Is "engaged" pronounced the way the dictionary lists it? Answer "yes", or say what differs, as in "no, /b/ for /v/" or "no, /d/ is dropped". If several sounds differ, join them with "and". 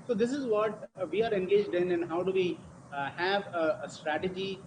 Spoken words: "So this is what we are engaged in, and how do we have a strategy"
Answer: yes